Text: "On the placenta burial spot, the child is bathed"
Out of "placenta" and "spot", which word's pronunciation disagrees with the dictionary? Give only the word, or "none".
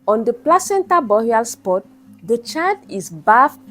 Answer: none